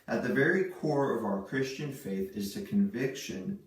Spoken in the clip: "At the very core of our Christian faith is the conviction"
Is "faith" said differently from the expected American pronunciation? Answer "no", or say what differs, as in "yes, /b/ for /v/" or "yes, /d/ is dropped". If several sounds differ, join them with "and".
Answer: no